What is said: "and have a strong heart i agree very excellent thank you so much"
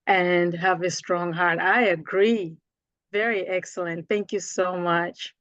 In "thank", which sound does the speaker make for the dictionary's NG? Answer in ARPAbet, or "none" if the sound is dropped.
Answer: NG